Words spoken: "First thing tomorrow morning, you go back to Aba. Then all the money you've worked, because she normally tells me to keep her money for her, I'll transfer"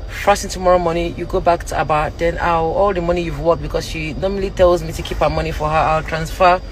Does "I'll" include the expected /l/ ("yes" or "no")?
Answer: yes